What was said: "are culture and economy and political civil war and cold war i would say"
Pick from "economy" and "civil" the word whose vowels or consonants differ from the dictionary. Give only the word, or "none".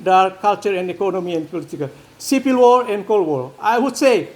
civil